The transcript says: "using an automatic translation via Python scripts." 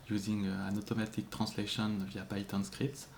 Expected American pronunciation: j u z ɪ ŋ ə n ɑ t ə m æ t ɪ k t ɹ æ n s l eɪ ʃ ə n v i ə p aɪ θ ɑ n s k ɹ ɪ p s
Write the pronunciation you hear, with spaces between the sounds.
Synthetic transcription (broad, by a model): j u z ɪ ŋ ə n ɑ t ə m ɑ t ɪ k t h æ s l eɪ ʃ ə n v i ə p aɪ t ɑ n s k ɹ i p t